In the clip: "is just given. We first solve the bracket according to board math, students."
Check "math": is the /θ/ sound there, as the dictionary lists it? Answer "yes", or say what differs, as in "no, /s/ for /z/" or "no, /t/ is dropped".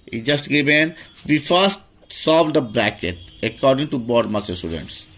no, /s/ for /θ/